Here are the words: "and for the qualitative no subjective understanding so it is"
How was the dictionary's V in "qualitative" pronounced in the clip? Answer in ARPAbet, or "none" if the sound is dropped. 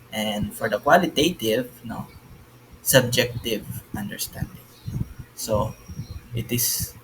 V